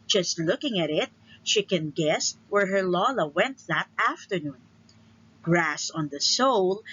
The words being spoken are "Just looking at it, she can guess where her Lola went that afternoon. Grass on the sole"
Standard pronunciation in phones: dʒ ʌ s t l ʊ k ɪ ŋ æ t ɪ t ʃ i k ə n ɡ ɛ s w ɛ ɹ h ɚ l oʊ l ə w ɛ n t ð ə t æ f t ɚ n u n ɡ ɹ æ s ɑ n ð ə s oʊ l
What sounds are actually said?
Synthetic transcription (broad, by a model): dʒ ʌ s t l ʊ k ɪ ŋ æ t ɪ t ʃ i k ə n ɡ ɛ s w ɛ ɹ h ɚ l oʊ l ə w ɛ n t ð ə t æ f t ɚ n u n ɡ ɹ æ s ɑ n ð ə s oʊ l